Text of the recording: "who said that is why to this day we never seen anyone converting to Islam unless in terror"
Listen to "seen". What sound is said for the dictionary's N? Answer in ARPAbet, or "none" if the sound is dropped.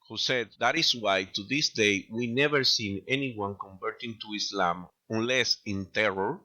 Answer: N